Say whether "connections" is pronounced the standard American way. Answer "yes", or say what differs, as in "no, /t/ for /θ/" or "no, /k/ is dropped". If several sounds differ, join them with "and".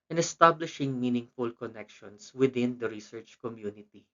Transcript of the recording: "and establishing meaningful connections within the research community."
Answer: no, /s/ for /z/